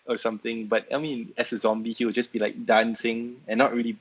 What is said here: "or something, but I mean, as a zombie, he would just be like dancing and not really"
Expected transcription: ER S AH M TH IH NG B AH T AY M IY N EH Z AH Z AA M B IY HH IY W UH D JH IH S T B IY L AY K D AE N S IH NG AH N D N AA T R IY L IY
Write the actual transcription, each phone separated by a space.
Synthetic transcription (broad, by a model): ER S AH M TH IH NG B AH T AY M IY N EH S AH Z AA M B IY HH IY W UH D JH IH S B IY L AY K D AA N S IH NG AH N N AA T R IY L IY